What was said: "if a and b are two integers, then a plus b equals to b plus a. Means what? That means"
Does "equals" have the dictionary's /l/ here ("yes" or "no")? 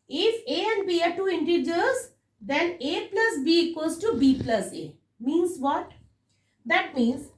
no